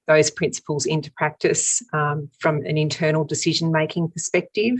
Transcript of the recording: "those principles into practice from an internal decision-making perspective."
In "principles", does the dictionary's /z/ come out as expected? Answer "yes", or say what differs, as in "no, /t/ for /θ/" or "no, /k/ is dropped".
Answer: yes